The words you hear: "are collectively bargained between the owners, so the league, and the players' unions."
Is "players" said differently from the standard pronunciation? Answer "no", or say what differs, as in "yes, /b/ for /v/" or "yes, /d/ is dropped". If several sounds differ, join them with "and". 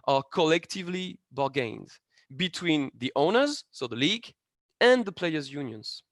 no